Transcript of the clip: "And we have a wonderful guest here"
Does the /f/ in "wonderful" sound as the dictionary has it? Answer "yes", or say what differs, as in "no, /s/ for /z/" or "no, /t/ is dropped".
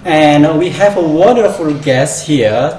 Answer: yes